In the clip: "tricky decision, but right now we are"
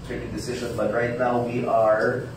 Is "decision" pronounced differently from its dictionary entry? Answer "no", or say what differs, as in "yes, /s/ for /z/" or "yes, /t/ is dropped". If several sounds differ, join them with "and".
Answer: no